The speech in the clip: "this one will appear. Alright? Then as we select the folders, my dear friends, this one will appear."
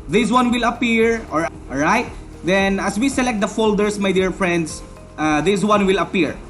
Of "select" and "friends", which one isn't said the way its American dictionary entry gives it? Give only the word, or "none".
friends